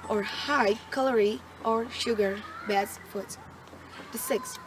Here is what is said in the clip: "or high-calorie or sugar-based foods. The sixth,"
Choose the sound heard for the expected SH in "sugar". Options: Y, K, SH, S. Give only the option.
SH